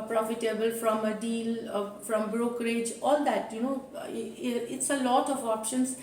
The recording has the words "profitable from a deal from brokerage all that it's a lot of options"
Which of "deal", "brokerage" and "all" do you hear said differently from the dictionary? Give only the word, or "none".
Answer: none